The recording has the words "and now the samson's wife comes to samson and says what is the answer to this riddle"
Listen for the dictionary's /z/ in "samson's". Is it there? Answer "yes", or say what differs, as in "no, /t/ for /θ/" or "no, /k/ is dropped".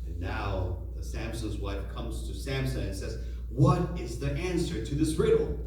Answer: yes